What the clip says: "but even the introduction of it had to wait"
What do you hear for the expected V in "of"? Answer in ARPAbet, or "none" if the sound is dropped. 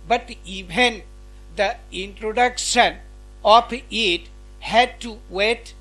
P